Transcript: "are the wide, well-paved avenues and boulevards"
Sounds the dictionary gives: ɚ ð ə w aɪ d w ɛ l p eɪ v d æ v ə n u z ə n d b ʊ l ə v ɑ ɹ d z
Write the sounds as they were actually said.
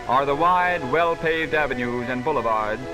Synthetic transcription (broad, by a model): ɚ ð ə w aɪ d w ɛ l p eɪ v d æ v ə n u z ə n b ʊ l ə v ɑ ɹ d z